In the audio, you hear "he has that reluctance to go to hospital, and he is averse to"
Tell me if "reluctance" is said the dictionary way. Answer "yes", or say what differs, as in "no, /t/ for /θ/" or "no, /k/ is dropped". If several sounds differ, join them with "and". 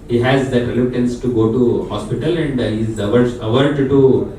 no, /k/ is dropped